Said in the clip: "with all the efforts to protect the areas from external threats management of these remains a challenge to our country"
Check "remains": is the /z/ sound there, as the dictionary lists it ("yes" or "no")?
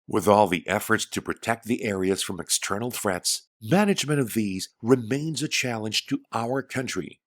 yes